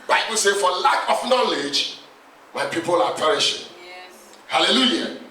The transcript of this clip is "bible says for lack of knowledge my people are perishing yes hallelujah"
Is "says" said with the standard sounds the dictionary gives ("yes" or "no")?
no